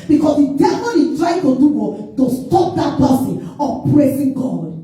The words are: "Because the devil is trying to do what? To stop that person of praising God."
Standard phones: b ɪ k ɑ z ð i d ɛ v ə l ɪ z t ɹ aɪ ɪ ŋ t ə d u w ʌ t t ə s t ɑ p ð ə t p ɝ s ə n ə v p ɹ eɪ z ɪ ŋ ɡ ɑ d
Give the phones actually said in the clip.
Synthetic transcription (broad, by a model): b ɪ k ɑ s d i d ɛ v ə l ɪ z t ɹ aɪ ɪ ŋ t ə d u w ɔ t t ə s t ɑ p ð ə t b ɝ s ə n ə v p ɹ eɪ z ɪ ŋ ɡ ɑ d